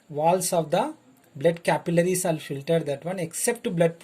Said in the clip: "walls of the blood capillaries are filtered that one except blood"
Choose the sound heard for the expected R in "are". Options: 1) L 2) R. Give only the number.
1